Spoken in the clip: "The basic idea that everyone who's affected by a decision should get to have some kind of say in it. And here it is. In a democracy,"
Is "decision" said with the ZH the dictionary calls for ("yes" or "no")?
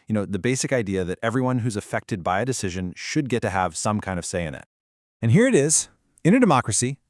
yes